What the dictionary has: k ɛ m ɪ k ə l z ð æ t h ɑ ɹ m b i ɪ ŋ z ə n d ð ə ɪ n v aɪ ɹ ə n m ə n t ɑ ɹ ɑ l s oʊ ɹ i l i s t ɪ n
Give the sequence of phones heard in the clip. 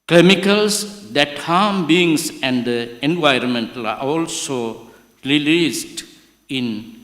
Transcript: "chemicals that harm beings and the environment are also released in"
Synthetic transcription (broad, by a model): k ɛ m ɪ k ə l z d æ t h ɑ m b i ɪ ŋ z ə n d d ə ɪ n v aɪ ɹ ə n m ə n t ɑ l ɑ l s oʊ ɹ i l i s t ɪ n